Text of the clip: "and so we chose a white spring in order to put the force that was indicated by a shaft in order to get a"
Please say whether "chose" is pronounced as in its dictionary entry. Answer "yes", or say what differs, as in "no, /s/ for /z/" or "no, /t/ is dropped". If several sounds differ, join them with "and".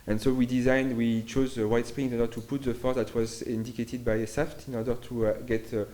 yes